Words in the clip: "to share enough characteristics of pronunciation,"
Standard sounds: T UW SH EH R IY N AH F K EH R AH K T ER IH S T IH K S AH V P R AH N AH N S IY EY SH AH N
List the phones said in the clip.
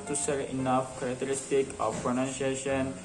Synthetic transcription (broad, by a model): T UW S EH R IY N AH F K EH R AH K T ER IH S T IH K AH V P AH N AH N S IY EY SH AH N